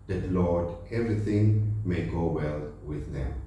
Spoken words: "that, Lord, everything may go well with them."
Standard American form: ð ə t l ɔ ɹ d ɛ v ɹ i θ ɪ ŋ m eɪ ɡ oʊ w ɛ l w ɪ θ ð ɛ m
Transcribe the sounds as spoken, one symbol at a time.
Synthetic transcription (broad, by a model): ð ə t l ɔ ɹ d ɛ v ɹ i t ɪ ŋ m eɪ ɡ oʊ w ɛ l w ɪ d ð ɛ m